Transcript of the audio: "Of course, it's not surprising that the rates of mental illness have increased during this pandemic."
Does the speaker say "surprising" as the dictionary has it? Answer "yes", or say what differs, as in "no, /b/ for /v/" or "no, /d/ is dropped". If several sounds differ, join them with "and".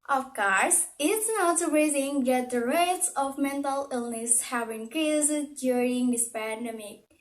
no, /p/ is dropped